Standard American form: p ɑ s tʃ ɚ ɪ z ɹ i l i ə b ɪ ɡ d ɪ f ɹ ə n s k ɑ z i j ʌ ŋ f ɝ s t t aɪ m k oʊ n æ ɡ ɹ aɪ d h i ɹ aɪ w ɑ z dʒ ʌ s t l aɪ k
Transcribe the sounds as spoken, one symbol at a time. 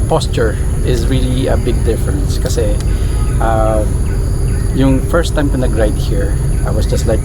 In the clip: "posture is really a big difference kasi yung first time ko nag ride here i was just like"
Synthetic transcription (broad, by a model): p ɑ s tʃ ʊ ɪ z ɹ i l i ə b ɪ ɡ d ɪ f ɹ ə n s k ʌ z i j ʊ ŋ f ɝ s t t aɪ m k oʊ n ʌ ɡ ɹ aɪ d h i ɹ aɪ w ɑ s dʒ ʌ s t l aɪ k